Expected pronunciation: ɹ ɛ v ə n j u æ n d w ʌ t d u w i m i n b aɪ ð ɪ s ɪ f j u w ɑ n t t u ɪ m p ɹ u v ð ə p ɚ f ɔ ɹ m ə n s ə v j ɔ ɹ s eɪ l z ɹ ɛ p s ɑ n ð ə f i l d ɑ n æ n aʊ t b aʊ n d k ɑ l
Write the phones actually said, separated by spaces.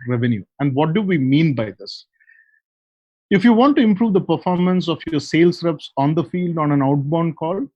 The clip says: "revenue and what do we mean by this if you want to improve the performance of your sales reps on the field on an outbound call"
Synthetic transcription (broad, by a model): ɹ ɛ v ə n j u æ n d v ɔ t d u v i m i n b aɪ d ɪ s ɪ f j u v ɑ n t t u ɪ m p ɹ u v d ə p ɚ f ɔ ɹ m ə n s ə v j ɔ ɹ s eɪ l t ɹ ɛ p s ɑ n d ə f i l d ɑ n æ n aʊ t b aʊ n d k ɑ l